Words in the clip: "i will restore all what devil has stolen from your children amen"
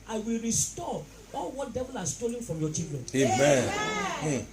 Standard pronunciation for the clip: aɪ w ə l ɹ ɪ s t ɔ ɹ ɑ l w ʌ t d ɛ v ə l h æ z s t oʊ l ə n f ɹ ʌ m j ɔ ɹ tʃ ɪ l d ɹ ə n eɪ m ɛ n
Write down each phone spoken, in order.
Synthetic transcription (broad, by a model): aɪ w ə l ɹ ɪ s t ɔ ɑ l w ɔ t d ɛ v ə l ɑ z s t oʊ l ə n f ɹ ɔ m j ɔ tʃ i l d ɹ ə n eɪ m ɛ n